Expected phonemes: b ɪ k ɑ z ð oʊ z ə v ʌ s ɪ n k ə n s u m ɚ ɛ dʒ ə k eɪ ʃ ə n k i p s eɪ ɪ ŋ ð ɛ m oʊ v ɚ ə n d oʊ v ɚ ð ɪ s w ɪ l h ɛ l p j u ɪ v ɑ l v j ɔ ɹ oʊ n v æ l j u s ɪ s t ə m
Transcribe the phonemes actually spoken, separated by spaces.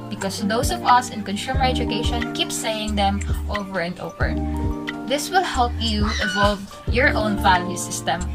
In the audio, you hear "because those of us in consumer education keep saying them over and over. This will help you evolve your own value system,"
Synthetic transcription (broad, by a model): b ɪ k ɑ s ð oʊ s ə v ʌ s ɪ n k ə n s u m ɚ ɛ dʒ ə k eɪ ʃ ə n k i p s eɪ ɪ ŋ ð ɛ m oʊ v ɚ ə n d oʊ v ɚ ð ɪ s w ɪ l h ɛ l p j u ɪ v ɑ l v j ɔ ɹ oʊ n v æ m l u s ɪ s t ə m